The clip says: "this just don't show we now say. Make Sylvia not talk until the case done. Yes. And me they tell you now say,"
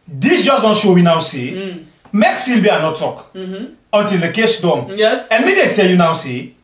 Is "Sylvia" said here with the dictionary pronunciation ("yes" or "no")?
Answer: no